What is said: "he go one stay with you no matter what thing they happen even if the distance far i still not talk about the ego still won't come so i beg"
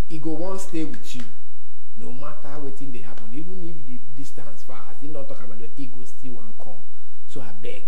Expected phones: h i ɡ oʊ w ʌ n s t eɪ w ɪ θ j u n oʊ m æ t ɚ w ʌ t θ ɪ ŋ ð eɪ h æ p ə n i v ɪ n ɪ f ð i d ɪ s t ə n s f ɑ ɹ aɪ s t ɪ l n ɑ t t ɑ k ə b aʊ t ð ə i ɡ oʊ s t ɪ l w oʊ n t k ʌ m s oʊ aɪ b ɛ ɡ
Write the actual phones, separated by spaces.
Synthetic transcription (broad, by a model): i ɡ oʊ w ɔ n s t eɪ w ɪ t j u n oʊ m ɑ t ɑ w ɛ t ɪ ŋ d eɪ h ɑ p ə n i v ɪ n ɪ f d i d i s t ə n s f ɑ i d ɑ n t ɑ k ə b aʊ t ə i ɡ oʊ s t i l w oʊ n k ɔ m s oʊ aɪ b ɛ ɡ